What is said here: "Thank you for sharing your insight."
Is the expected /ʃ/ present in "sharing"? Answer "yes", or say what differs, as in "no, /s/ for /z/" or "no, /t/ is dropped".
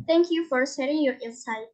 no, /s/ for /ʃ/